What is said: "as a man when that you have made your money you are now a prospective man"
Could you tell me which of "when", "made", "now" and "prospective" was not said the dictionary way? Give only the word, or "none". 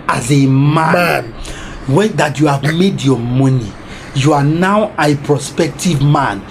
none